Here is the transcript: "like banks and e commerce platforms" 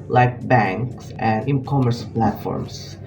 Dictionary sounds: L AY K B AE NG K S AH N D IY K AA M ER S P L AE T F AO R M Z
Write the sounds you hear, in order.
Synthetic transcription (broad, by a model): L AY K B AE NG K S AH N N K AA M ER S P L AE T F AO R M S